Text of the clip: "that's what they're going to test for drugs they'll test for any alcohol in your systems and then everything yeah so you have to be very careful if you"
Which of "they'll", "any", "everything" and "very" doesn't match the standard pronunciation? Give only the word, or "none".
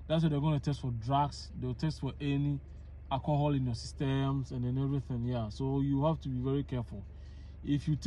they'll